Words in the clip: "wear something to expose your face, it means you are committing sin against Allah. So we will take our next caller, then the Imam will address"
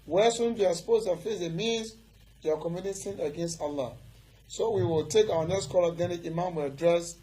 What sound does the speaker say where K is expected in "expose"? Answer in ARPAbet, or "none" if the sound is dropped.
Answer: none